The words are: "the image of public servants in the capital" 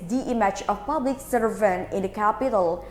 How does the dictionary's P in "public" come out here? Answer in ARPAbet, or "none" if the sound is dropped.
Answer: P